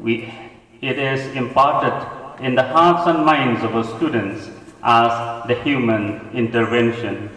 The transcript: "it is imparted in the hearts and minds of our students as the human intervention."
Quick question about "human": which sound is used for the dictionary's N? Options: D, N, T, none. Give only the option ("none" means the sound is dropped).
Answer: N